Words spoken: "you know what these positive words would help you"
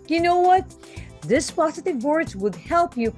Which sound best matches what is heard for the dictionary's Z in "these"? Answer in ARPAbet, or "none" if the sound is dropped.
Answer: S